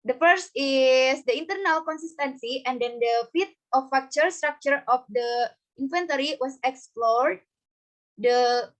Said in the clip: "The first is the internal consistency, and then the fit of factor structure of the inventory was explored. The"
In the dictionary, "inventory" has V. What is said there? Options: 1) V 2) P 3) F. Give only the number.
3